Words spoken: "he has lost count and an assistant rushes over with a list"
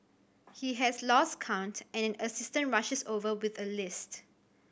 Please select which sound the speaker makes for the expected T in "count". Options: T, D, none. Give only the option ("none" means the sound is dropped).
T